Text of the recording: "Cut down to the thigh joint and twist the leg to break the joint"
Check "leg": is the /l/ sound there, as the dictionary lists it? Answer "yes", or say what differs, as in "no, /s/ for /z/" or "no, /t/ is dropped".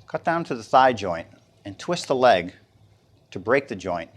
yes